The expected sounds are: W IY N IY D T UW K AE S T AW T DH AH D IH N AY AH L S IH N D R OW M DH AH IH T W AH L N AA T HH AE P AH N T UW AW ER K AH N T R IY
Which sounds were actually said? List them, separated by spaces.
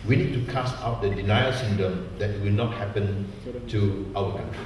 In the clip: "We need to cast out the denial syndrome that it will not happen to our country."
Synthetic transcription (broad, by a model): W IY N IY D T UW K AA S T AW T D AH D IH N AY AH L S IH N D OW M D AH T W AH L N AA T HH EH P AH N T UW AW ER K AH N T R IY